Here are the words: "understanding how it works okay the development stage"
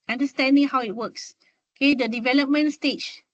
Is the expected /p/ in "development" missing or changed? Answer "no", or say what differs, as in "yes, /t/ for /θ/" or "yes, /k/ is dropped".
no